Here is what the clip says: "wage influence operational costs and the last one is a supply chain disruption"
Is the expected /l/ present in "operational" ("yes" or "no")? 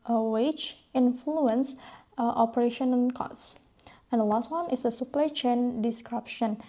no